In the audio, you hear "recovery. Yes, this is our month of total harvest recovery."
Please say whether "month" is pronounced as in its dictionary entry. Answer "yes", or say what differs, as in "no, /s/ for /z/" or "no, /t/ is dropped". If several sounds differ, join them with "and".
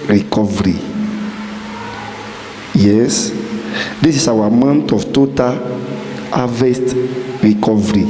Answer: no, /t/ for /θ/